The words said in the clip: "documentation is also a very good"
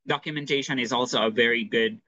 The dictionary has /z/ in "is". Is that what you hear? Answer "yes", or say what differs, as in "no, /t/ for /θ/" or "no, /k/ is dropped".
yes